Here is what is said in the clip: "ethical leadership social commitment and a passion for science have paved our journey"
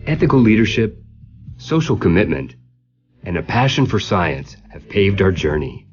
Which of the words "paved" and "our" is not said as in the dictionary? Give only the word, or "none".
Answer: none